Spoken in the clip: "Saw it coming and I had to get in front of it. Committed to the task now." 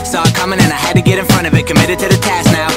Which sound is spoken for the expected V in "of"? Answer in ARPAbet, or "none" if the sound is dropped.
V